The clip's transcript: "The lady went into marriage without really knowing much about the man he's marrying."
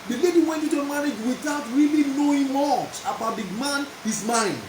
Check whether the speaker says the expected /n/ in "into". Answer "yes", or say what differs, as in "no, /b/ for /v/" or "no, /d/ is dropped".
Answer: no, /n/ is dropped